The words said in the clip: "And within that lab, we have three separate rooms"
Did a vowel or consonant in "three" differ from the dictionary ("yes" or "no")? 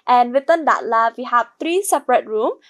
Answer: yes